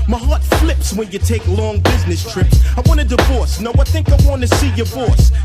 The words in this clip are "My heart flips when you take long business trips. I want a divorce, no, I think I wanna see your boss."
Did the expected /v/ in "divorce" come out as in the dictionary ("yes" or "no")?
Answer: yes